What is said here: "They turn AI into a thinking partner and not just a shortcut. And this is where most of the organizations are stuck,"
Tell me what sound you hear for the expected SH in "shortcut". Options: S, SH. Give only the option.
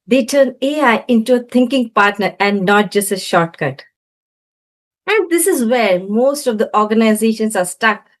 SH